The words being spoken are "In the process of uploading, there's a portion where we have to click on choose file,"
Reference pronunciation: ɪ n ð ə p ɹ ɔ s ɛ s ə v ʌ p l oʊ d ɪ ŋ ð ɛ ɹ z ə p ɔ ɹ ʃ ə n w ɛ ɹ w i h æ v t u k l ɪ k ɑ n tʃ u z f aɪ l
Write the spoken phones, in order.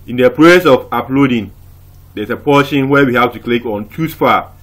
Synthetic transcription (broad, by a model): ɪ n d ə p ɹ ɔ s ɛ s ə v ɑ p l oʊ d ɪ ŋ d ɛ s ə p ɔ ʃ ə n w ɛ w i h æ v t u k l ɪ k ɑ n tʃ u s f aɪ